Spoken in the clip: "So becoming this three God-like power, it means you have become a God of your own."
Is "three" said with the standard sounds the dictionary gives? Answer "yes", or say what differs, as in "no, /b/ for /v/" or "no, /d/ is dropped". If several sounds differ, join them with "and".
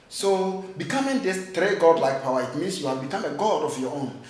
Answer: no, /t/ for /θ/